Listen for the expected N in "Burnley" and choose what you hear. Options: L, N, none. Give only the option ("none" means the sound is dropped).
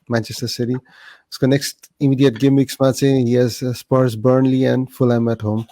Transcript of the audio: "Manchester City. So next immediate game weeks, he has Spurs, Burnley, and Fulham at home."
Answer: N